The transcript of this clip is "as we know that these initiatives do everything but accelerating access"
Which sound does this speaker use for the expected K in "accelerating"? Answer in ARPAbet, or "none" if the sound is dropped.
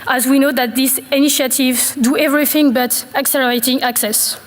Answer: K